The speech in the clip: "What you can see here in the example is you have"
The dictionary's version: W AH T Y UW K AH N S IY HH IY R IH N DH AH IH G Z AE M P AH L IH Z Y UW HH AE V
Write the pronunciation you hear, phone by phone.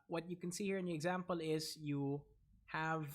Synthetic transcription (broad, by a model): W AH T Y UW K AH N S IY HH IY R IH N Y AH IH G Z AE M P AH L IH Z Y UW HH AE V